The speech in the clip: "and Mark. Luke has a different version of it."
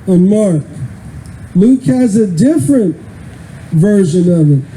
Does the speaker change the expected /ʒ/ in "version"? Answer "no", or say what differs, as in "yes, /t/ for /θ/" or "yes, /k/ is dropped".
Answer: no